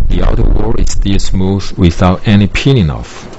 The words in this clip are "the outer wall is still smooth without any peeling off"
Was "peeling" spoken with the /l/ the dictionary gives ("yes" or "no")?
no